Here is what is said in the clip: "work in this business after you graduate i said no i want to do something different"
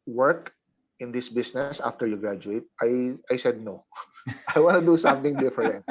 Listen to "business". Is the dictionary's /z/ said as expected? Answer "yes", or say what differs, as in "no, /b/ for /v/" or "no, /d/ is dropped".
no, /s/ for /z/